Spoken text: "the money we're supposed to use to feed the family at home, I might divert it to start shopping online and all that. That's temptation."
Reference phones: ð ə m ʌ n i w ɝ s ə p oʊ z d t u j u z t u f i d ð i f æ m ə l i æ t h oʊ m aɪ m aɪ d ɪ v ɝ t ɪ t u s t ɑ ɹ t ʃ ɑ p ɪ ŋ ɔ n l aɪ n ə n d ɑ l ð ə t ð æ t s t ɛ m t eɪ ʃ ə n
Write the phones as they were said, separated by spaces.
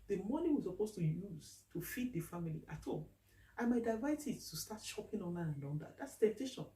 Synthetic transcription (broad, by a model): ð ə m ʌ n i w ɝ s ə p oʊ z t u j u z t u f i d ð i f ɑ m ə l i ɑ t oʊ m aɪ m aɪ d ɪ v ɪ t ɪ t u s t ɑ t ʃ ɑ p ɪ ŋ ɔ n aɪ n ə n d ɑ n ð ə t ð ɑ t s t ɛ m t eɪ ʃ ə n